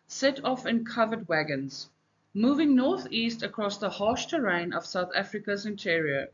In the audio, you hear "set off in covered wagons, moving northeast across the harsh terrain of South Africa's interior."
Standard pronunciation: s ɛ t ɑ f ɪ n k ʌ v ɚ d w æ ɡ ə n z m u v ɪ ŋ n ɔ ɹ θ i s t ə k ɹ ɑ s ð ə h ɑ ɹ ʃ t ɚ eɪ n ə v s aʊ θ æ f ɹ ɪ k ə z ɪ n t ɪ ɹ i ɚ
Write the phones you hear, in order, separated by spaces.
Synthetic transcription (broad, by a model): s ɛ t ɑ f ɪ n k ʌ v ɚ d w æ ɡ ə n z m u v ɪ ŋ n ɔ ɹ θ i s t ə k ɹ ɑ s ð ə h ɑ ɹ ʃ t ɚ eɪ n ə v s aʊ θ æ f ɹ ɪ k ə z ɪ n t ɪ ɹ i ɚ